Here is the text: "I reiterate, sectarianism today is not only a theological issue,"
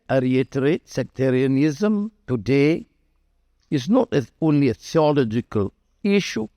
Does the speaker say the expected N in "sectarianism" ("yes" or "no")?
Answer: yes